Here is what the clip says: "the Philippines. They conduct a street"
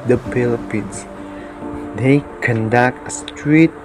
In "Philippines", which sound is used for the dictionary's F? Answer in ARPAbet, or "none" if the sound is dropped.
P